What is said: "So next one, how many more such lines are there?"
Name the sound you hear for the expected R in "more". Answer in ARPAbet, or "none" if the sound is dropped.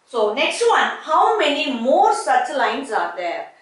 R